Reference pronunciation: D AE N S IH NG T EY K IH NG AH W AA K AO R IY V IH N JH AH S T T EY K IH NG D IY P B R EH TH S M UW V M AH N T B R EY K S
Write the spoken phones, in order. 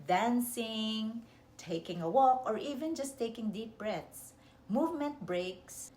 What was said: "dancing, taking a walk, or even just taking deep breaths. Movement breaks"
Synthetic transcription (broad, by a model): D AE N S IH NG T EY K IH NG AH W AA K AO R IY V IH N JH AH S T T EY K IH NG D IY P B R EH T S M UW V M AH N T B R EY K S